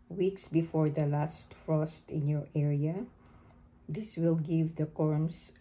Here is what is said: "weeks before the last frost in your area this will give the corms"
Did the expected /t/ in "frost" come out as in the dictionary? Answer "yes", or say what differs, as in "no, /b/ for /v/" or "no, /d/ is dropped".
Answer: yes